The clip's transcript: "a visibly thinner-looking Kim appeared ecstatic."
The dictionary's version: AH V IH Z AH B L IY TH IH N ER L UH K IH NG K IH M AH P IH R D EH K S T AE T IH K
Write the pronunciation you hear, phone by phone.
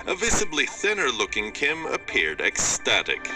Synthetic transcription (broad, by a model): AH V IH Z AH B L IY TH IH N ER L UH K IH NG K IH M AH P IH R D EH K S T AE T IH K